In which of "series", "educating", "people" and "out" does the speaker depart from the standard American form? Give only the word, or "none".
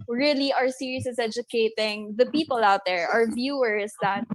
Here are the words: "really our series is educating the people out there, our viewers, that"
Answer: series